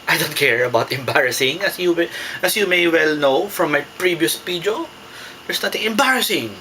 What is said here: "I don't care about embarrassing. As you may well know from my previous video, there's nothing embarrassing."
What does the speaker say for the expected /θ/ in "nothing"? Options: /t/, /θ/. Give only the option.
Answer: /t/